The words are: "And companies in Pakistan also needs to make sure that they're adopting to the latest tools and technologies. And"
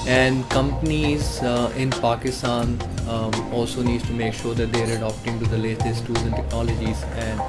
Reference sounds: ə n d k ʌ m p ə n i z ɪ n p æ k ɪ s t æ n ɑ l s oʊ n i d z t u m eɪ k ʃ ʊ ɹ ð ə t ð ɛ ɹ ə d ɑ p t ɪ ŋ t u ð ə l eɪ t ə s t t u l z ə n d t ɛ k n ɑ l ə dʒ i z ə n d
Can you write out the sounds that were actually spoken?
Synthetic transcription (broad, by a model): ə n d k ʌ m p ə n i z ɪ n p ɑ k ɪ s t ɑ n ɑ l s oʊ n i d t u m eɪ k ʃ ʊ ɹ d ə t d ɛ ɹ ə d ɑ p t ɪ ŋ t u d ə l eɪ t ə s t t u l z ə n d t ɛ k n ɑ l ə dʒ i z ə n d